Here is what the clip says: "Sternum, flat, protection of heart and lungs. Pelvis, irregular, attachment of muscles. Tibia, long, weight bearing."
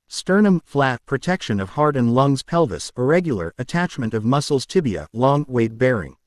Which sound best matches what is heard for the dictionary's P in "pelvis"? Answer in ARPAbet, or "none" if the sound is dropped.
P